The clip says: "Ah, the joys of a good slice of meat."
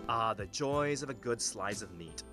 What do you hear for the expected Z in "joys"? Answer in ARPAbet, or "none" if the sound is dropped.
Z